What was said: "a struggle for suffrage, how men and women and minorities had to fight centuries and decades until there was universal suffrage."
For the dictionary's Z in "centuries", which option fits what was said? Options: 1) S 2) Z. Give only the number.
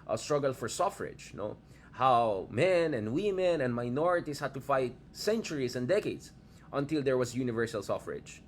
1